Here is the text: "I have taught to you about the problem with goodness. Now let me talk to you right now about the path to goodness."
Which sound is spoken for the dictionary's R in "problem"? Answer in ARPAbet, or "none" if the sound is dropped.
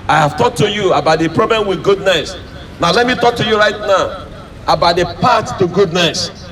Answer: R